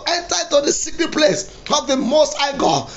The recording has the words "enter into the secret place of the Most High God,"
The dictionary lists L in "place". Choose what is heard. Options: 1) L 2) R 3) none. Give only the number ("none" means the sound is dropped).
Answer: 1